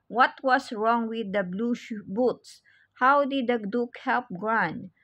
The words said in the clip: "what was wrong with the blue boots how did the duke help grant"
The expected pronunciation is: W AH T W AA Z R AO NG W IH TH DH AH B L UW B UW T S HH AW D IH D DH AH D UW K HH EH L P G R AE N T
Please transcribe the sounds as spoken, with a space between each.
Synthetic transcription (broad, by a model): W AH T W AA S R AO NG W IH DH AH B L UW B UW T S HH AW D IH D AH D UW K HH EH L P G R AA N